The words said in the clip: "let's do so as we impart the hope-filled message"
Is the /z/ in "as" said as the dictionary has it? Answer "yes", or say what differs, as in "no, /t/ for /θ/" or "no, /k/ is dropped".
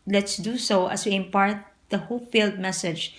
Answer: no, /s/ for /z/